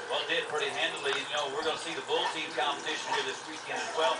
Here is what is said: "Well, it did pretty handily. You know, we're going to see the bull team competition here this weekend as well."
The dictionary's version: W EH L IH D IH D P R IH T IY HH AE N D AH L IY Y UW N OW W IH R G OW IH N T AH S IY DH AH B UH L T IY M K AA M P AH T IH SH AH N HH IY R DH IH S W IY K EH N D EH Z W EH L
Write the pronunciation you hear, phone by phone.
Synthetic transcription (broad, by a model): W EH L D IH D P R IH T IY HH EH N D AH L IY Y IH N OW W IH R G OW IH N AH S IY DH AH B UH L T IY M K AA M B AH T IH SH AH N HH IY R DH IH S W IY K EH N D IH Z W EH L